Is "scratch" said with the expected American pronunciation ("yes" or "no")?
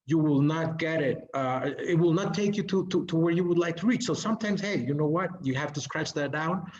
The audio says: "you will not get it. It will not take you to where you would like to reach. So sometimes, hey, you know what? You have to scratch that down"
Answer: yes